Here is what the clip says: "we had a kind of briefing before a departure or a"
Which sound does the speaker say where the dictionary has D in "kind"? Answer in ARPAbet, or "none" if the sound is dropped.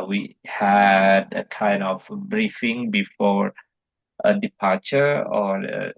none